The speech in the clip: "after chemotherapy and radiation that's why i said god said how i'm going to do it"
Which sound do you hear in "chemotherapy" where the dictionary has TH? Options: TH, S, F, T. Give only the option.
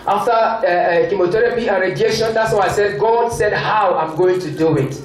T